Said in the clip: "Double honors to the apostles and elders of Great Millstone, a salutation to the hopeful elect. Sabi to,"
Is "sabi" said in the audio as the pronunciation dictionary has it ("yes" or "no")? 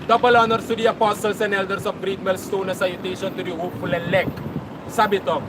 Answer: yes